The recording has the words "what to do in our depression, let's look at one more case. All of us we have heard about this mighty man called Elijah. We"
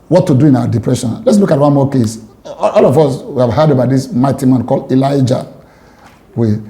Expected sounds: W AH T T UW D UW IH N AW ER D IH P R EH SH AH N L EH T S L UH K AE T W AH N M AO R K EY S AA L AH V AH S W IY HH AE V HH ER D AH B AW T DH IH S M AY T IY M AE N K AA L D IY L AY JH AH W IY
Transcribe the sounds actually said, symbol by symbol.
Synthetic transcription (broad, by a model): W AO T T UW D UW IH N AW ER D IH P R EH SH AH N L EH T S L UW K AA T W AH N M AO K EY S AA L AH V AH S W IY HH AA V HH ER D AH B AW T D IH S M AY T IY M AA N K AA L D IY L AY JH AH W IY